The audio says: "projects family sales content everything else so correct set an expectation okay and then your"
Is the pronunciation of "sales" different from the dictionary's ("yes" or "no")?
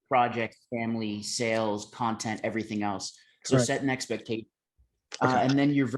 no